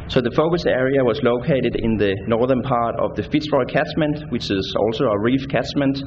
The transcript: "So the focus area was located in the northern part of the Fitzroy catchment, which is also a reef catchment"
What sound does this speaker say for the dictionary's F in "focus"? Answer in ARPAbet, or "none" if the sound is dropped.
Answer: F